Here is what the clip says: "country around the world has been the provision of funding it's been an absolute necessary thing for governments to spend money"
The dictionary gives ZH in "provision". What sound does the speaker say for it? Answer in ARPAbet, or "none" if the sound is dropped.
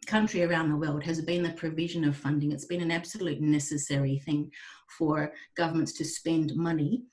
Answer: ZH